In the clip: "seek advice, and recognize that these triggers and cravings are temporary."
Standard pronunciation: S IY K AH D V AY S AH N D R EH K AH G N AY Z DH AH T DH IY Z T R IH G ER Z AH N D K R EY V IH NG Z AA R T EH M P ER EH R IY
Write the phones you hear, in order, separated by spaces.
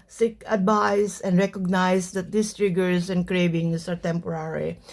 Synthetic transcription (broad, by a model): S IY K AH D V AY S AH N D R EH K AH G N AY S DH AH T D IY S T R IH G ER S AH N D K R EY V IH NG S AA R T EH M P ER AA R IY